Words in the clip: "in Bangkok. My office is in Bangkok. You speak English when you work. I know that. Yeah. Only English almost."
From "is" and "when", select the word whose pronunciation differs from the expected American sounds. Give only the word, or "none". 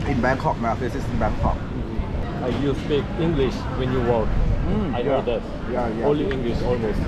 is